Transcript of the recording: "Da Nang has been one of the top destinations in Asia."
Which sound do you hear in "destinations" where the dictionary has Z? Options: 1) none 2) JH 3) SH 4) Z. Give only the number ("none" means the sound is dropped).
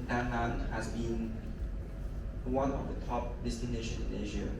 1